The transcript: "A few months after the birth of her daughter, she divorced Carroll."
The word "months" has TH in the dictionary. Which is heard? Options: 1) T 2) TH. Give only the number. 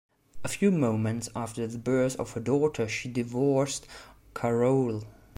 1